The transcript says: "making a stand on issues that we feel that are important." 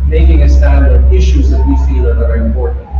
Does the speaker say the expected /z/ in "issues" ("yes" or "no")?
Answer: yes